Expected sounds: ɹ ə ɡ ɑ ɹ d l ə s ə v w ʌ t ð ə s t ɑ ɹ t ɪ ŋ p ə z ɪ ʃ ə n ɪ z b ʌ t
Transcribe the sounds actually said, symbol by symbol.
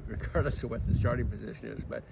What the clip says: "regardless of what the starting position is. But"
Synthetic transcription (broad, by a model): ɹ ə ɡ ɑ ɹ d l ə s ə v w ʌ t ð ə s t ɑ ɹ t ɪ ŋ p ə z ɪ ʃ ə n ɪ z b ʌ t